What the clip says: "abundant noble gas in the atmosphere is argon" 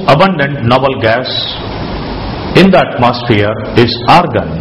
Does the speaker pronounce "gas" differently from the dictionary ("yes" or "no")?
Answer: no